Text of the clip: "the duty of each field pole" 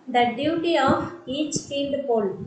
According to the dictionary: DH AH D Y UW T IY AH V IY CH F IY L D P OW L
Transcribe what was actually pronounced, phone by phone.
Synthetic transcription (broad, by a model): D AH D Y UW T IY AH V IY CH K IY N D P OW L